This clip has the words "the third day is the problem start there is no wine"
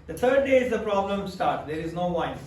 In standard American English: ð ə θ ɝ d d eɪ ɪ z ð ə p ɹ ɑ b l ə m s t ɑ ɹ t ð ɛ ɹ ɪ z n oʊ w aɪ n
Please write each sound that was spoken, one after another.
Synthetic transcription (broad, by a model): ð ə t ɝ d d eɪ ɪ z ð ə p ɹ ɑ b l ə m s t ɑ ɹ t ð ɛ ɹ ɪ z n oʊ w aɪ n